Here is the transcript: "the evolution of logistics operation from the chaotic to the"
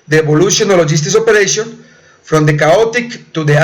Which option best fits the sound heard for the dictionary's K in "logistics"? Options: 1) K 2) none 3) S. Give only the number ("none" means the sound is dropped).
2